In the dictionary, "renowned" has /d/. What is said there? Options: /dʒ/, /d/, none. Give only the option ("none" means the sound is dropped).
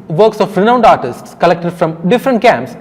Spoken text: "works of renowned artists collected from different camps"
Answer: /d/